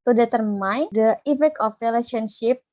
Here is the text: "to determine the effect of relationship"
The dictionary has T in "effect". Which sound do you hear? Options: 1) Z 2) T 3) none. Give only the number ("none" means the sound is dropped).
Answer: 3